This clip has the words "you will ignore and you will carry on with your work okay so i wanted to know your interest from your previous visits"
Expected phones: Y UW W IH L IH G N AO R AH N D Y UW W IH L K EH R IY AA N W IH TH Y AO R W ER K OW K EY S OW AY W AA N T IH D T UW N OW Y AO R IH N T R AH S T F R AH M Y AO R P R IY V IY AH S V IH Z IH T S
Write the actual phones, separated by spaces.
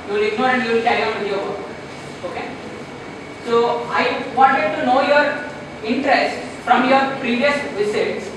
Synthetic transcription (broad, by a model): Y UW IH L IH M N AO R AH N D Y UW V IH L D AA IY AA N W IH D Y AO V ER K OW K EY S OW AY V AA N T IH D T UW N OW Y AO R IH N T R AH S T F R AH M Y AO R P R IY V IY AH S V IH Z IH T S